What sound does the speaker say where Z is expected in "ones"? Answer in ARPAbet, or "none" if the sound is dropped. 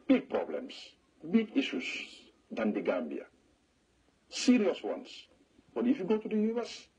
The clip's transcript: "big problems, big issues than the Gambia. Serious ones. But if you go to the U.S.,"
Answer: S